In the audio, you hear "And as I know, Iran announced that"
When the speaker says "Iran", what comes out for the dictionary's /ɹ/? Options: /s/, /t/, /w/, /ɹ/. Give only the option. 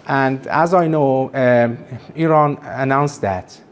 /ɹ/